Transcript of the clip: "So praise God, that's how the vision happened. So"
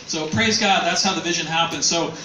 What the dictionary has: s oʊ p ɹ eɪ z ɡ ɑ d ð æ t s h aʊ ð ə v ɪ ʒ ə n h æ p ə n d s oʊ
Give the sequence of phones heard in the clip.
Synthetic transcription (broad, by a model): s oʊ p ɹ eɪ z ɡ ɑ d ð æ t s h aʊ ð ə v ɪ ʒ ə n h æ p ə n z s oʊ